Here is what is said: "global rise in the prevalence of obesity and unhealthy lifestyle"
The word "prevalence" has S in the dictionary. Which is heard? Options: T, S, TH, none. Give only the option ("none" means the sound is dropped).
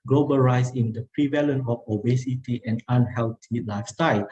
none